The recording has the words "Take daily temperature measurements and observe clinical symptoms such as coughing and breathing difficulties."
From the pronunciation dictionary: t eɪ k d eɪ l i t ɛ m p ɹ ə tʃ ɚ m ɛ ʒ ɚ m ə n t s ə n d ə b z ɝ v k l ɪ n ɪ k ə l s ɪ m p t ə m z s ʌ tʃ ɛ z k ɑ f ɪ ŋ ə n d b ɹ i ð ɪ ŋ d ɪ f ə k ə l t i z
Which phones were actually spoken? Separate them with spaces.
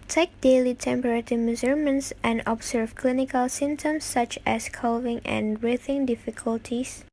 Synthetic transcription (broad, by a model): t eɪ k d eɪ l i t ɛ m p ɹ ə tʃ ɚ m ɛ z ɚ m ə n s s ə n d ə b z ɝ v k l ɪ n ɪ k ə l s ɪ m t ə m s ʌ tʃ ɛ s k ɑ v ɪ ŋ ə n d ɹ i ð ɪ ŋ d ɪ f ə k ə l t i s